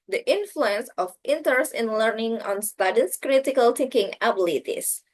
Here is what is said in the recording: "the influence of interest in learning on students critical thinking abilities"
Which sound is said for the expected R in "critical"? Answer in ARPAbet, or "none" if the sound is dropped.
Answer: R